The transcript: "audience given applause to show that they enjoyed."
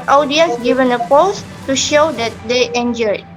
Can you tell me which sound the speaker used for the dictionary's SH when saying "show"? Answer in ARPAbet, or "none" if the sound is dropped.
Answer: SH